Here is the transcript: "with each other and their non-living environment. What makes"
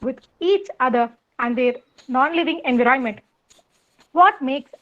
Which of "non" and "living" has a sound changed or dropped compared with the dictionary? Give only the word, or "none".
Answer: none